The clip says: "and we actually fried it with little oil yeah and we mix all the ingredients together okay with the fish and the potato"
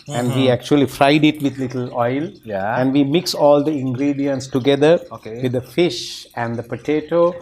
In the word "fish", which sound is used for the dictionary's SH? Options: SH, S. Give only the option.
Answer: SH